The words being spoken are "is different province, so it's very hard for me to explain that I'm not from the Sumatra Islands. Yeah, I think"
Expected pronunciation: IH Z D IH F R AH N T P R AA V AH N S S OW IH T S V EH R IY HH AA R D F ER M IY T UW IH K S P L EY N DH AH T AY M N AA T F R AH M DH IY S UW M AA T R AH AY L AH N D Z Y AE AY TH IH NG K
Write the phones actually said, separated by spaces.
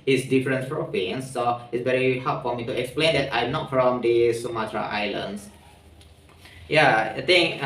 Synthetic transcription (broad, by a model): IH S D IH F R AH N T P R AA P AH N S S OW IH T S V EH R IY HH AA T F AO M IY T UW IH K S P L EY N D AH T AY M N AA T F R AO M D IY S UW M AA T R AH AY L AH N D S Y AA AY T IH NG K